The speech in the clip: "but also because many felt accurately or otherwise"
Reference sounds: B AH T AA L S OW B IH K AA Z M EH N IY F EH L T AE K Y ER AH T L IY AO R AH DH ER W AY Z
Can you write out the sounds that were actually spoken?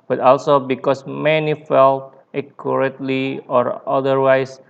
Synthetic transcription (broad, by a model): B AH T AA L S OW B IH K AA S M EH N IY F EH L T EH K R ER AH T L IY AO R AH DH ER W AY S